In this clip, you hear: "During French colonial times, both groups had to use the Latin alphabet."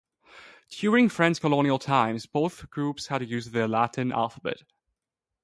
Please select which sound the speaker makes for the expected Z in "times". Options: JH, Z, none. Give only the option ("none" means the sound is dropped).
Z